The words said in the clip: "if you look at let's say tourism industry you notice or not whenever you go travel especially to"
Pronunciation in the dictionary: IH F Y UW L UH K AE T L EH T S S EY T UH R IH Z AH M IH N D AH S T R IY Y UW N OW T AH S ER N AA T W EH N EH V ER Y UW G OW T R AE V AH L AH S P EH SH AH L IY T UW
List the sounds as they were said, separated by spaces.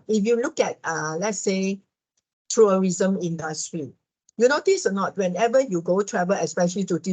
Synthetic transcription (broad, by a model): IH F Y UW L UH K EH T L EH T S S EY T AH R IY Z AH M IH N D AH S T R IY Y UW N OW T AH S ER N AA T W EH N EH V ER Y UW G OW T R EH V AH L AH S P EH SH AH L IY T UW